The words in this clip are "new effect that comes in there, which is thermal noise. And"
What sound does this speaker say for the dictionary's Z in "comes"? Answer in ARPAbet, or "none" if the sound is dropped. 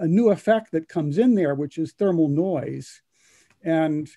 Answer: Z